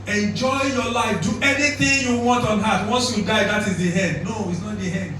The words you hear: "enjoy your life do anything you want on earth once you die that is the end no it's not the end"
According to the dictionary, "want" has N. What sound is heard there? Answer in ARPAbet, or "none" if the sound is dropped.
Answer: N